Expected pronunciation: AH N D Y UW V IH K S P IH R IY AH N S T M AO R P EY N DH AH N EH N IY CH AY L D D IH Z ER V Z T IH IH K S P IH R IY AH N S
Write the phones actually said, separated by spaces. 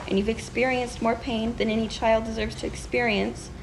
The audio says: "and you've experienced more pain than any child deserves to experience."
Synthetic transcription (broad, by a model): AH N Y UW V IH K S P IH R IY AH N S T M AO R P EY N DH AH N EH N IY CH AY L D D IH Z ER V Z T IH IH K S P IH R IY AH N S